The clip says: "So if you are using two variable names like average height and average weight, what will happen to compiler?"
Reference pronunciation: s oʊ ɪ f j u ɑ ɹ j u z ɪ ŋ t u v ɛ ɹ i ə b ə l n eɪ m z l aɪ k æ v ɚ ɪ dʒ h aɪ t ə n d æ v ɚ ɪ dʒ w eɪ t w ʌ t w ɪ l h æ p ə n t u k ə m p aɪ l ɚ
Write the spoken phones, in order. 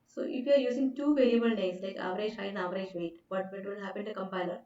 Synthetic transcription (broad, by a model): s oʊ ɪ f j u ɑ ɹ j u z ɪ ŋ t u v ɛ l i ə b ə l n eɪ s l aɪ k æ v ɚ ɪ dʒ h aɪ ə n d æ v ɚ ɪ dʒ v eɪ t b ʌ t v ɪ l h æ p ə n t u k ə m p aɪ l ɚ